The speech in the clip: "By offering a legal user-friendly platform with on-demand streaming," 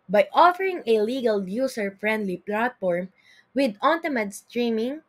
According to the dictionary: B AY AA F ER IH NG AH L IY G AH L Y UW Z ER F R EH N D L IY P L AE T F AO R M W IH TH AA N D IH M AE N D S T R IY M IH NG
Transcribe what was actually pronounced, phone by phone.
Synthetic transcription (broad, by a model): B AY AA F ER IH NG AH L IY G AH L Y UW S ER F R EH N D L IY P L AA T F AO R M W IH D AA N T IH M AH D S T R IY M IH NG